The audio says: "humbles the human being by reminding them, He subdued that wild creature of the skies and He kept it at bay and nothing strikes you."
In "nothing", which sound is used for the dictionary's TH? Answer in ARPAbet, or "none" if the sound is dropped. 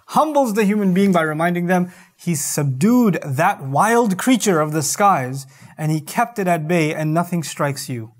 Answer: TH